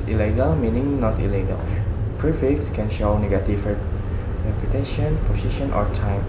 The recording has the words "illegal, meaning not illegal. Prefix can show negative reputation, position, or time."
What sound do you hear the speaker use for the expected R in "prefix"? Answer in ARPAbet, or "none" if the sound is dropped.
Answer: R